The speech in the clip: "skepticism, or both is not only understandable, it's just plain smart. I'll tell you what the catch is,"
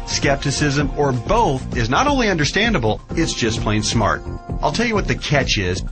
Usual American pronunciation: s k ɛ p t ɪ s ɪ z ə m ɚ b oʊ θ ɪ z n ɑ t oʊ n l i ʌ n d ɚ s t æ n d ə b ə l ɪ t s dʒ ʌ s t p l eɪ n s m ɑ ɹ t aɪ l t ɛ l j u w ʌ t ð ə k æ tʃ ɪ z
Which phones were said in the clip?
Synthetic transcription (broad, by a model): s k ɛ p t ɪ s ɪ z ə m ɚ b oʊ θ ɪ z n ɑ t oʊ n l i ʌ n d ɚ s t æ n d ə b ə l ɪ t s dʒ ʌ s p l eɪ n s m ɑ ɹ t aɪ l t ɛ l j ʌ w ʌ t ð ə k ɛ tʃ ɪ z